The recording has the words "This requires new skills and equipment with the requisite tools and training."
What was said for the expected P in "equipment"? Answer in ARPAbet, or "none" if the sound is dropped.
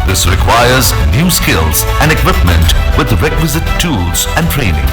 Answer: P